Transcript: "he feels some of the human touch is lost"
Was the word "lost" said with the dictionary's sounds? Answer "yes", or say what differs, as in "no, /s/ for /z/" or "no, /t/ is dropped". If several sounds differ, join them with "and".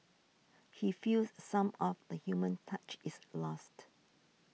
yes